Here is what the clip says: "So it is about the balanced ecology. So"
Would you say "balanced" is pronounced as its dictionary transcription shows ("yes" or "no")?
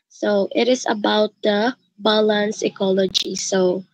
no